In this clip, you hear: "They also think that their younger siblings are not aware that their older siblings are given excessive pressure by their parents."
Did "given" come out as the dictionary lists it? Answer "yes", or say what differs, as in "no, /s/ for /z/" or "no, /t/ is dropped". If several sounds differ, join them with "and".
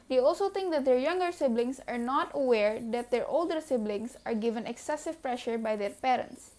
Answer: yes